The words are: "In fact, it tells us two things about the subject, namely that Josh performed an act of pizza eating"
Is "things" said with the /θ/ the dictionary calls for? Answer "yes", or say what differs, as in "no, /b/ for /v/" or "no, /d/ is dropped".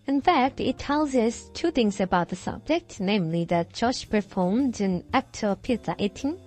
yes